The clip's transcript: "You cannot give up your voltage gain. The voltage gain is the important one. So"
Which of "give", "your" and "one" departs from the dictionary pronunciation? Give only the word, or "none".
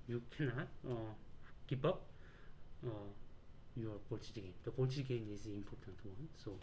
give